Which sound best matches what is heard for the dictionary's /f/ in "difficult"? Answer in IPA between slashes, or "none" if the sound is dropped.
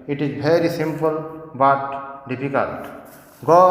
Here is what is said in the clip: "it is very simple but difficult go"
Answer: /p/